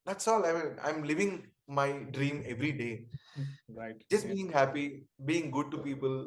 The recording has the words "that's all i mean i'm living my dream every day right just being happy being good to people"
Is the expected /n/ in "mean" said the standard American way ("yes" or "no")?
no